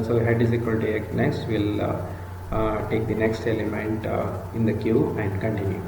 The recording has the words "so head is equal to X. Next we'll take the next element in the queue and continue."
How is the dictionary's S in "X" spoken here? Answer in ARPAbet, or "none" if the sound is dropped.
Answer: none